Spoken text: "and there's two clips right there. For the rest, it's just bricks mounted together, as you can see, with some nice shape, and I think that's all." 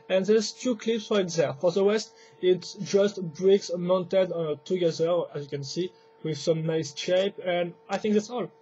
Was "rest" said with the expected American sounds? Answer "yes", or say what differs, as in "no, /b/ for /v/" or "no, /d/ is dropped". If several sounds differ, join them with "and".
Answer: no, /w/ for /ɹ/